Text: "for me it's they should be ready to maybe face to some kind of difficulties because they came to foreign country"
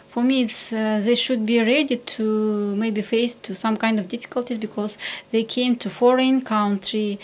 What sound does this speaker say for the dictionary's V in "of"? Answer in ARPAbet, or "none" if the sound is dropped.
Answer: V